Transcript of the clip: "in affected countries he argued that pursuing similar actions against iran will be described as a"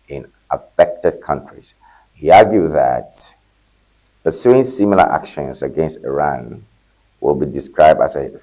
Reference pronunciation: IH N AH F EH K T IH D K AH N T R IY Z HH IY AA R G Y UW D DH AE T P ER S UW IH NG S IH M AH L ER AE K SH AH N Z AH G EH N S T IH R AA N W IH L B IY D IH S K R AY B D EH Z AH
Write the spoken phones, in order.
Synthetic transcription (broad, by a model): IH N AH F EH K T IH D K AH N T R IY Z HH IY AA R G Y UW DH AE T P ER S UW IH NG S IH M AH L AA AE K SH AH N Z AH G EH N S T IH R AA N W IH L B IY D IH S K R AY B D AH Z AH